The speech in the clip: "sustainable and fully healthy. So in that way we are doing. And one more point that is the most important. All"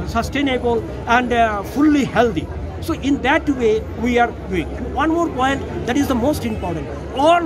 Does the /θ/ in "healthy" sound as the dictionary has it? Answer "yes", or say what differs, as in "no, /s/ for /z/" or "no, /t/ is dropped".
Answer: no, /t/ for /θ/